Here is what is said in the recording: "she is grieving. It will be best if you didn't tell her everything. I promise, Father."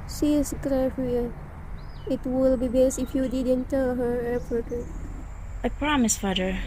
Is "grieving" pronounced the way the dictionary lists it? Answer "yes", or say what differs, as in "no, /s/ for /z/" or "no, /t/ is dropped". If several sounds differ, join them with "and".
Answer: no, /f/ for /v/